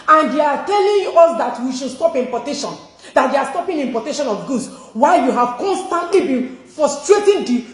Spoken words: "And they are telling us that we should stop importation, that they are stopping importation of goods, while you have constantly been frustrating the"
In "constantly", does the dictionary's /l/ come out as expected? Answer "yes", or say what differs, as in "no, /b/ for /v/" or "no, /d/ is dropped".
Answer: yes